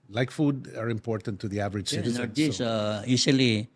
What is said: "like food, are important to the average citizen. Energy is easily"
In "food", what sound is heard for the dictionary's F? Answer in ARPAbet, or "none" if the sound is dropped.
F